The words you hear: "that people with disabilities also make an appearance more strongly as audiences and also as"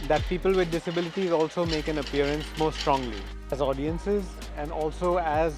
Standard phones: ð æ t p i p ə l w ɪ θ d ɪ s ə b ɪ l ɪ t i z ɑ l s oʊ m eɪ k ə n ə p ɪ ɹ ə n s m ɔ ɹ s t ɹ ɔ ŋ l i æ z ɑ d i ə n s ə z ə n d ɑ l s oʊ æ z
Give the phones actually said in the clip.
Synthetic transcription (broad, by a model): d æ t p i p ə l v ɪ d ɪ s ə b ɪ l ɪ t i z ɑ l s oʊ m eɪ k ə n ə p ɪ ɹ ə n s m ɔ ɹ s t ɹ ɔ ŋ l i æ z ɑ d i ə n s ə z ə n d ɑ l s oʊ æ z